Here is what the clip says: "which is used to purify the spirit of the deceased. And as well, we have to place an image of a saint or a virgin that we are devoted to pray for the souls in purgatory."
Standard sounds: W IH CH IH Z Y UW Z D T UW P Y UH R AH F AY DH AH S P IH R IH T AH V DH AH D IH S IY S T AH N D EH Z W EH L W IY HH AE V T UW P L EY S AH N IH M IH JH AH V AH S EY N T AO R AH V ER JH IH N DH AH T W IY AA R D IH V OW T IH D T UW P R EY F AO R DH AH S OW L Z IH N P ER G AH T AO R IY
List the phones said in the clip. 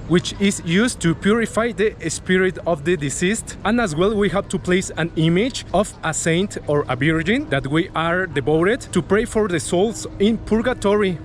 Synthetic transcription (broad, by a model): W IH CH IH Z Y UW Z T UW P Y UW R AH F AY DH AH S P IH R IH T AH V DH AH D IH S IY S T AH N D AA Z W EH L W IY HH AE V T UW P L EY S AH N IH M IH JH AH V AH S EY N T AO R AH B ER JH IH N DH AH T W IY AA R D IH B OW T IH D T UW P R EY F AO R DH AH S OW L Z IH N P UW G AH T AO R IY